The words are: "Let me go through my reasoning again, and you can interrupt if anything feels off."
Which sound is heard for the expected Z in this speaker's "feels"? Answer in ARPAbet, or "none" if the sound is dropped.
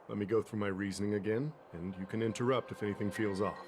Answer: Z